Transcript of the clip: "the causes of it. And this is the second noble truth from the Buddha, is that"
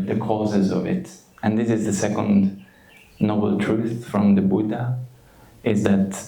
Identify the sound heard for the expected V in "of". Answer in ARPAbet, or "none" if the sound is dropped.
V